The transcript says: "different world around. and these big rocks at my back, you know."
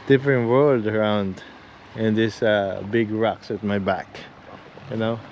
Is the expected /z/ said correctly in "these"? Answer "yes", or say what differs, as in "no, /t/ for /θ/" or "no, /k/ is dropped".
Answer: no, /z/ is dropped